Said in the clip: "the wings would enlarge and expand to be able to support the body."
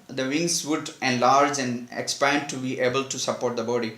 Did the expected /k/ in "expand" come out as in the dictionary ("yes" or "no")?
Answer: yes